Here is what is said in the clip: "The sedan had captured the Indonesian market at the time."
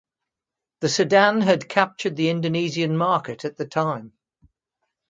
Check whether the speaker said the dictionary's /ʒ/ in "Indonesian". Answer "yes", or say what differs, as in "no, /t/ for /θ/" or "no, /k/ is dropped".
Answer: no, /z/ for /ʒ/